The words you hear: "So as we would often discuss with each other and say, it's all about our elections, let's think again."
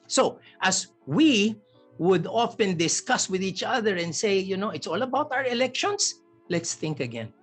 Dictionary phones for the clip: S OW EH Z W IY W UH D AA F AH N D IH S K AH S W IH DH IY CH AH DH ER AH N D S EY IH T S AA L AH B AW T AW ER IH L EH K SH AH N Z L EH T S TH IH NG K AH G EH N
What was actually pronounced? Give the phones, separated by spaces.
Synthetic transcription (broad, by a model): S OW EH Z W IY W UH D AA F AH N D IH S K AH S W IH DH IY CH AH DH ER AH N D S EY IH T S AA L AH B AW T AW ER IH L EH K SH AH N S L EH T S TH IH NG K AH G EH N